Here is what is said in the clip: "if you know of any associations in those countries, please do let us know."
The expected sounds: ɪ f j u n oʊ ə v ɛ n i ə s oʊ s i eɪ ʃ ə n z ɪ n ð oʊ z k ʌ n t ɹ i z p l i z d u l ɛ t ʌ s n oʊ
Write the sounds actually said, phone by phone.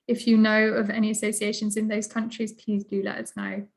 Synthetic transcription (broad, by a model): ɪ f j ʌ n oʊ ə v ɛ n i ə s oʊ s i eɪ ʃ ə n z ɪ n ð oʊ z k ʌ n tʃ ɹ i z p l i z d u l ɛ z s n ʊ